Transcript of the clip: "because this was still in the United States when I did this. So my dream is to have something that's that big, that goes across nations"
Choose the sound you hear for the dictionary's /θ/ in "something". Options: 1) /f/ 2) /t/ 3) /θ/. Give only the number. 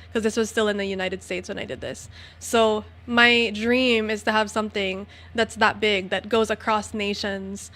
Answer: 3